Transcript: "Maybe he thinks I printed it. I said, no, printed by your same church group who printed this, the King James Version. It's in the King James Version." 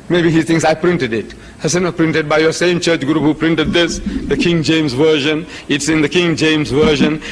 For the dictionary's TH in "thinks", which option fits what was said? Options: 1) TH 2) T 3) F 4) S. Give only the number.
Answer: 2